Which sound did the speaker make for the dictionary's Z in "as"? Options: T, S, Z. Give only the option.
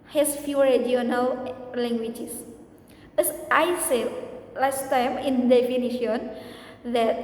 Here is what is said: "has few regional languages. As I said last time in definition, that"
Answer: S